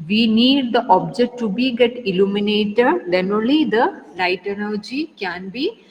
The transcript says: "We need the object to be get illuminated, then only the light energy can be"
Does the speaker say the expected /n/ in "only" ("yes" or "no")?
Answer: no